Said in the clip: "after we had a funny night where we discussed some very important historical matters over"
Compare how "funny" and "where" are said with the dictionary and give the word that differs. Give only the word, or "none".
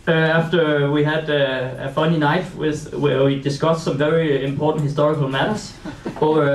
where